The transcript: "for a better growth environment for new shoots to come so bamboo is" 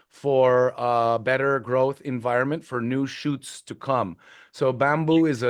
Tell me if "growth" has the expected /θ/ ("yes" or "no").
yes